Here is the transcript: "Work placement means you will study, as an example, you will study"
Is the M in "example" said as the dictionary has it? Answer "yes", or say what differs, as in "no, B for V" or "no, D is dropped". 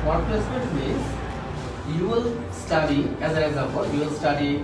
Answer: no, M is dropped